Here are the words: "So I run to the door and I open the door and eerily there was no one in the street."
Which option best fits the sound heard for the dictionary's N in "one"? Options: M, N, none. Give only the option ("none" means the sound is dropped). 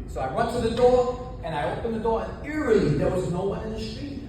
none